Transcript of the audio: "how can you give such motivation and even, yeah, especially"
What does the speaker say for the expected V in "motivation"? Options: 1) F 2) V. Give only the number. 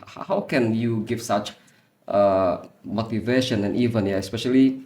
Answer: 2